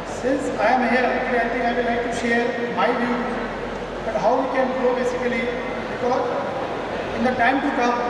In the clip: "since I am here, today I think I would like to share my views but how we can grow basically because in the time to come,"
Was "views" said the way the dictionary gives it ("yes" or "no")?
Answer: no